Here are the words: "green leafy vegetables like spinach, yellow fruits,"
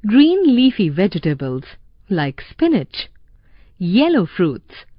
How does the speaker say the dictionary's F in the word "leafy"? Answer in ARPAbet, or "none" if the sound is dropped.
F